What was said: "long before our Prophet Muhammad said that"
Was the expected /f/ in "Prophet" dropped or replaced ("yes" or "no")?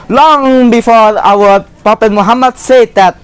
yes